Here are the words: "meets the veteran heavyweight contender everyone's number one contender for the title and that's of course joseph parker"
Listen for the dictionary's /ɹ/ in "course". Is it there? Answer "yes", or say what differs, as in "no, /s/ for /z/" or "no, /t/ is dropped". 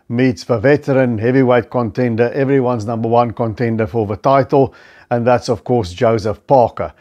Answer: yes